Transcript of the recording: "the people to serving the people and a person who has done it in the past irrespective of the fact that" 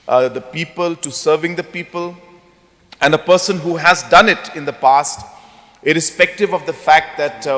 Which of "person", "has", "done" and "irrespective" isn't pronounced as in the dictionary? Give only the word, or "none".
none